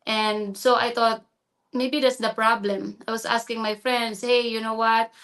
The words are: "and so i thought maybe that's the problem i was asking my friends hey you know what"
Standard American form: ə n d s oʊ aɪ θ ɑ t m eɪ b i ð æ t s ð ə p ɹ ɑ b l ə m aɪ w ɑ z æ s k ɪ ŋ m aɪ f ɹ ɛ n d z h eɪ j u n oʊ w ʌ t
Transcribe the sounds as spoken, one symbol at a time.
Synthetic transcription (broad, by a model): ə n d s oʊ aɪ t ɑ t m eɪ b i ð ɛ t s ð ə p ɹ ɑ b l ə m aɪ w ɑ s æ s k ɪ ŋ m aɪ f ɹ ɛ n d s h eɪ j u n oʊ w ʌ t